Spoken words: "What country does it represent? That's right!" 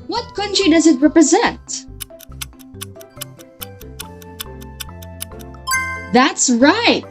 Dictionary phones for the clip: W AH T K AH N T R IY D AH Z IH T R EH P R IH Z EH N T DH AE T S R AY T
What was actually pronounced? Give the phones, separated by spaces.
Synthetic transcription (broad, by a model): W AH T K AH N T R IY D AH Z IH T R EH P R IH Z EH N T DH AE T S R AY T